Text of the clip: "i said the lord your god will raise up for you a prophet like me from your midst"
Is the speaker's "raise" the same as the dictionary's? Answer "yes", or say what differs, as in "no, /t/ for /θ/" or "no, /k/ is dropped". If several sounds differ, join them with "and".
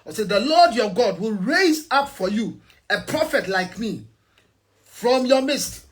yes